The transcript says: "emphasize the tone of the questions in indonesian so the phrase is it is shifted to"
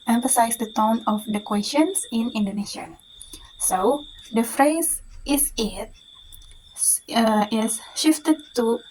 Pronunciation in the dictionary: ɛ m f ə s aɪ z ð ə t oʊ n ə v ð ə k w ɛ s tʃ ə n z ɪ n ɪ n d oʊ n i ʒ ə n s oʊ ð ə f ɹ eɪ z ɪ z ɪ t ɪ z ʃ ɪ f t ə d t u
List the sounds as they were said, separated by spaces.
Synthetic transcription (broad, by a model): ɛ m f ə s aɪ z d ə t oʊ n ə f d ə k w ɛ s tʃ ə n s ɪ n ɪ n d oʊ n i ʃ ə s oʊ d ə f ɹ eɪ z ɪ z ɪ t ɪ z ʃ ɪ f t ə d t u